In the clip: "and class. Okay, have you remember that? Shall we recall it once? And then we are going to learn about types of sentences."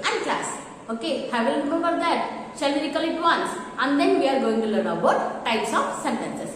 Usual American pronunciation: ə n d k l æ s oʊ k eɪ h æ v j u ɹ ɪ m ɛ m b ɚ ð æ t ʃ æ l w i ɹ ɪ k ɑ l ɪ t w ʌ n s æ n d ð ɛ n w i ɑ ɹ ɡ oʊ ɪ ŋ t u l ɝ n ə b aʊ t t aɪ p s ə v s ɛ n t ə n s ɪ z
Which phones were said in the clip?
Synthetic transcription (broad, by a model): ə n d k l æ s oʊ k eɪ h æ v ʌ l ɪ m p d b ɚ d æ t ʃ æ l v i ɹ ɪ k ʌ l ɪ t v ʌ n s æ n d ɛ n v i ɑ ɹ ɡ oʊ ɪ ŋ t u l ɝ ə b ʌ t t aɪ p s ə f s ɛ n t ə n s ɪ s